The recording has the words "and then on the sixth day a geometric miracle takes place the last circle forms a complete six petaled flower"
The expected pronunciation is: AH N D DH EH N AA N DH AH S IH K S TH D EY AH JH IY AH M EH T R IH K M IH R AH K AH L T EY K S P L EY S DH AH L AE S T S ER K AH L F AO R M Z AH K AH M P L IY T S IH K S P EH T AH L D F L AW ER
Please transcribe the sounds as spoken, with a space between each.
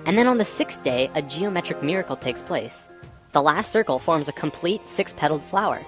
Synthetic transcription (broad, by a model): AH N DH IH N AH N DH AH S IH K S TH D EY AH JH IY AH M EH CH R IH K M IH R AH K L T EY K S P L EY S DH AH L AE S T S ER K L F AO R M Z AH K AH M P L IY T S IH K S P EH T L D F L AW ER